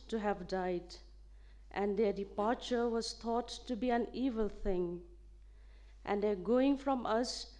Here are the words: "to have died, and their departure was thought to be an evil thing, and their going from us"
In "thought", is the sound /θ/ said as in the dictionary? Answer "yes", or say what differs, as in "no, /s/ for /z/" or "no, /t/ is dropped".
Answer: no, /t/ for /θ/